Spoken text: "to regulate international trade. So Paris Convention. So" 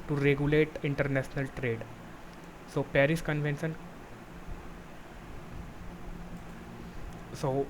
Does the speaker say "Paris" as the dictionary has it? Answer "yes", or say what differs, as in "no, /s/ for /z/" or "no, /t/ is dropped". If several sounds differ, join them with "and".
yes